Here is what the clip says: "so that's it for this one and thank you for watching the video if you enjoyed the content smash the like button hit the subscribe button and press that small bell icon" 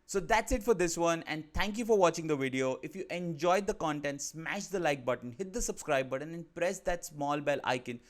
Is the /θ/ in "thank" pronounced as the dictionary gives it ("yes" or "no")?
no